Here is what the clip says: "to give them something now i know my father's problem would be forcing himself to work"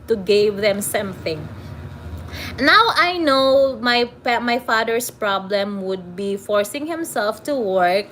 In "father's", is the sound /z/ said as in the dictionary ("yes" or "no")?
no